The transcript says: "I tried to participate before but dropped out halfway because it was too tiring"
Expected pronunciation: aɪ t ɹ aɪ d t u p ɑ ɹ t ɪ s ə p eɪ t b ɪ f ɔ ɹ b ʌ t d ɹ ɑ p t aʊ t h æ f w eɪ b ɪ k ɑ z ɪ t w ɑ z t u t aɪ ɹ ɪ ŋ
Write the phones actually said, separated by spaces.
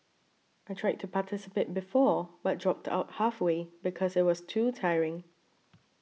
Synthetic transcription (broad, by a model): aɪ t ɹ aɪ d t u p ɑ t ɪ s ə p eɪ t b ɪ f ɔ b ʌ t d ɹ ɑ p t aʊ t h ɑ f w eɪ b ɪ k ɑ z ɪ t w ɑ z t u t aɪ ɹ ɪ ŋ